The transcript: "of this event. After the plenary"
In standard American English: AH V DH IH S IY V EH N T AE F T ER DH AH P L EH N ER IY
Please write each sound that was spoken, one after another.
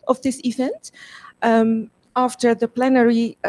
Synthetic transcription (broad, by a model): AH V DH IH S IY V EH N T AE F T ER DH AH P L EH N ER IY